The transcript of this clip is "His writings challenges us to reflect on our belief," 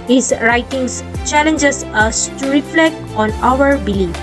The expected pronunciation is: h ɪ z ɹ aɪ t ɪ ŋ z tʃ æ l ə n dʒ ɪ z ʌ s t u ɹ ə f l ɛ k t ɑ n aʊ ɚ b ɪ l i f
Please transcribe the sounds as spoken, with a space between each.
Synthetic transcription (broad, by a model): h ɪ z ɹ aɪ t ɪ ŋ s tʃ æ l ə n dʒ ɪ s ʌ s t u ɹ ə f l ɛ k t ɑ n aʊ ɚ b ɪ l i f